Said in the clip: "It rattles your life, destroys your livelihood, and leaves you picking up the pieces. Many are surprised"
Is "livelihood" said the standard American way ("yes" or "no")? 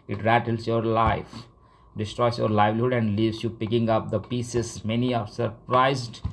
yes